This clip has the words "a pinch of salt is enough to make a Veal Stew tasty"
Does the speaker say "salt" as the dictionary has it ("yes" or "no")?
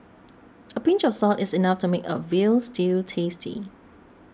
yes